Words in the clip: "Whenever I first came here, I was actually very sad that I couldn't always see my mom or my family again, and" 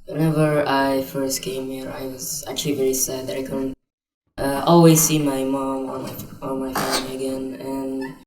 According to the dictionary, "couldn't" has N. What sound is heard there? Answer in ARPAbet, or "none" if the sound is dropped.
none